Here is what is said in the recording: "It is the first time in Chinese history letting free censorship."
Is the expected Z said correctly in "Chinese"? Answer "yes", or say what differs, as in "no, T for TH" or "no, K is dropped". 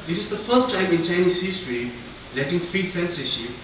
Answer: no, S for Z